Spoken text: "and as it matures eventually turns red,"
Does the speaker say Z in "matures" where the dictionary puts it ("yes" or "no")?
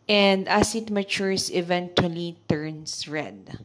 no